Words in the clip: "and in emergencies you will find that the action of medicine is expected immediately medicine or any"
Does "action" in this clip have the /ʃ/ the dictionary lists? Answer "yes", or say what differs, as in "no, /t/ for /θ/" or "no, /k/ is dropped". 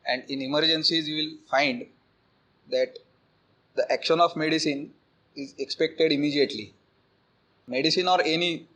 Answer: yes